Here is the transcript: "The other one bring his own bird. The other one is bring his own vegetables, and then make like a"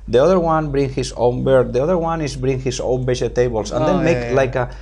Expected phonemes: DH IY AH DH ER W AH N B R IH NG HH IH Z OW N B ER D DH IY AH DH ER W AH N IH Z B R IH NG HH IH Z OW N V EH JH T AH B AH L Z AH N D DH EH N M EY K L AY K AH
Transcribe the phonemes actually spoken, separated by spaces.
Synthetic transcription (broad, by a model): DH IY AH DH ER W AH N B R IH NG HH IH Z OW N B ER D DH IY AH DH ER W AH N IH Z B R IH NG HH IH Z OW N B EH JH T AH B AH L S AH N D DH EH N M EY K L AY K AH